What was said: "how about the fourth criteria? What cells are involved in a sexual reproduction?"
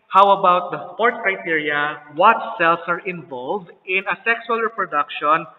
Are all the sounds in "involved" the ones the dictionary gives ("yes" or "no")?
yes